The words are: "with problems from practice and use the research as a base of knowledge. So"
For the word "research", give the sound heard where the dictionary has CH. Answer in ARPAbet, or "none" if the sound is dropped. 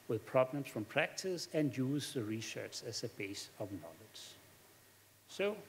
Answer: S